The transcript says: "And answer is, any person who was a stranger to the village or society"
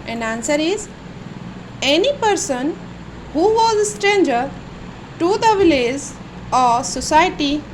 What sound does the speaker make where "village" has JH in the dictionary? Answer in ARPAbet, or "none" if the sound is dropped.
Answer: Z